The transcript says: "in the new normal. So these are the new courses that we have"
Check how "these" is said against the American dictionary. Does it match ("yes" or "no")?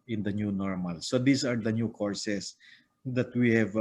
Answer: no